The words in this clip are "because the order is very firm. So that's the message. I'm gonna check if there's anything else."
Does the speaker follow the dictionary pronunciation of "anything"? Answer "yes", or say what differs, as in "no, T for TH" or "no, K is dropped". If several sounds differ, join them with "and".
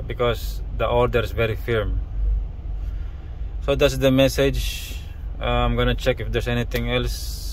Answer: no, T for TH